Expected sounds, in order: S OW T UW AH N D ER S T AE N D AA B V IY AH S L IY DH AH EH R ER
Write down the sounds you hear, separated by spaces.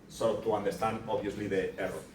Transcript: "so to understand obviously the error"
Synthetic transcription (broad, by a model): S OW T UW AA N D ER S T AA N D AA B IY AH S L IY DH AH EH R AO